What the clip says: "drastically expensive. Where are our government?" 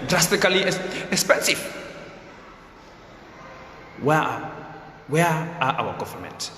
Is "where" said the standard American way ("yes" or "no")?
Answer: no